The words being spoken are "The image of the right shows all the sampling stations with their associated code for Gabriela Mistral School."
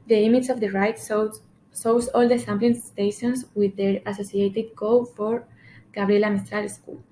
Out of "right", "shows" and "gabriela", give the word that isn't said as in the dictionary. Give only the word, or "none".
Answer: shows